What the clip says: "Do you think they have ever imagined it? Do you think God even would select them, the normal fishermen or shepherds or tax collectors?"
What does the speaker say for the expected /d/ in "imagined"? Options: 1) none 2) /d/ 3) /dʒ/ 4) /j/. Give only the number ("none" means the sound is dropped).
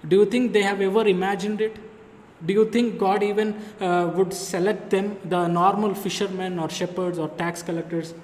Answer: 2